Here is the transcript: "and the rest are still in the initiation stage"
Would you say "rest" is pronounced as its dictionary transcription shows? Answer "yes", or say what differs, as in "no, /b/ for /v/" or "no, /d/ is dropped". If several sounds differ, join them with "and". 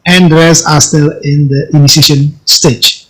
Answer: no, /t/ is dropped